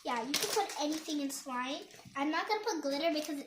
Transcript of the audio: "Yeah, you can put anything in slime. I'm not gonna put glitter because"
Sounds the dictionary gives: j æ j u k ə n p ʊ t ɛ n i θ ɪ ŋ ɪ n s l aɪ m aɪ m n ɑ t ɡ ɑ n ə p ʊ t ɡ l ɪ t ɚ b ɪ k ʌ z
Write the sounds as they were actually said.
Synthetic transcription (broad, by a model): j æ j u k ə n p ʊ t ɛ n i θ ɪ ŋ ɪ n s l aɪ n aɪ m n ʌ t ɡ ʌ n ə p ʊ t ɡ l ɪ t ɚ b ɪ k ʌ z